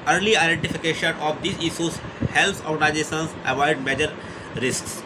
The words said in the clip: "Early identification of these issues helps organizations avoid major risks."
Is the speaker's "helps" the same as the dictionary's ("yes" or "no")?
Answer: no